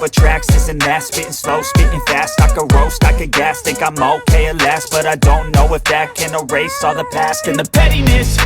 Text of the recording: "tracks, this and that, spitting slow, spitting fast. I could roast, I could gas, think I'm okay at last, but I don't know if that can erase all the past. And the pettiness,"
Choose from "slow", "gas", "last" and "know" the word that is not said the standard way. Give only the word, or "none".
none